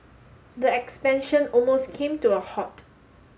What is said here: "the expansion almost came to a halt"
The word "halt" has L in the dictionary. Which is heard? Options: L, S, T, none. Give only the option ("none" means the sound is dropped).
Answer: none